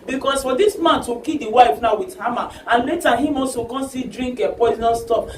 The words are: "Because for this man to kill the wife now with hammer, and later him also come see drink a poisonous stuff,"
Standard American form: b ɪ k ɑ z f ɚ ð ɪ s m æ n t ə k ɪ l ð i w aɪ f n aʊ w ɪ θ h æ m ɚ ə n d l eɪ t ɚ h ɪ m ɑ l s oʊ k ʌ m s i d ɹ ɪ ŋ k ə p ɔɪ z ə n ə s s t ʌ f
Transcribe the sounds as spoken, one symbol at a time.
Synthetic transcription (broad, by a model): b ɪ k ɑ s f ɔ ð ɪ s m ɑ n t ə k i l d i w aɪ f n aʊ w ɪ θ h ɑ m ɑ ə n l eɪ t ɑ h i m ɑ s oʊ k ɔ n s i d ɹ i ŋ k ə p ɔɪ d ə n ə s s t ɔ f